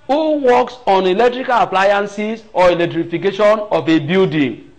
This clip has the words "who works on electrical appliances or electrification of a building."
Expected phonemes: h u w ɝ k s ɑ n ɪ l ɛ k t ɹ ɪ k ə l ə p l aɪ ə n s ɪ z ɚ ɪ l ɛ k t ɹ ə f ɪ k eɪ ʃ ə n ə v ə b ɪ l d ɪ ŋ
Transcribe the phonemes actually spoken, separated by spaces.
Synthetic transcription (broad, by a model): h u w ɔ k s ɑ n ɪ l ɛ k t ɹ ɪ k ə l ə p l aɪ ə n s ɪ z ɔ ɪ l ɛ k t ɹ ə f ɪ k eɪ ʃ ə n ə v ə b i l d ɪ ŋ